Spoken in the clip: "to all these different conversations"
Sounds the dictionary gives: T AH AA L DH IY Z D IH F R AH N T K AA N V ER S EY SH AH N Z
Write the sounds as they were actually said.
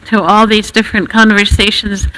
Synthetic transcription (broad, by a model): T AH AA L DH IY Z D IH F R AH N K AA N V ER S EY SH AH N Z